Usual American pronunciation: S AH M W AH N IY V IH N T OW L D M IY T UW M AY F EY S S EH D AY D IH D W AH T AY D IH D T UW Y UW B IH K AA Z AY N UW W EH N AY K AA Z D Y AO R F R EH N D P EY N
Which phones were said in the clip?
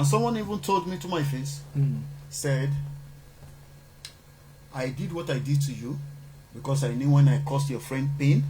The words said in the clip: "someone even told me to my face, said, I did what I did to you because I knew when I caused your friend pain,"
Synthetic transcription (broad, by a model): S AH M W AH N IY V IH N T OW L D M IY T UW M AY F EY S S EH D AY D IH D W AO T AY D IH D T UW Y UW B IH K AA S AY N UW W EH N AY K AA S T Y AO F R EH N D P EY N